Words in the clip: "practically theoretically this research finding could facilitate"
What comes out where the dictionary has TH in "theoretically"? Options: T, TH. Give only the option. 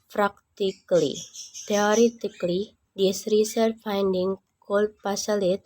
T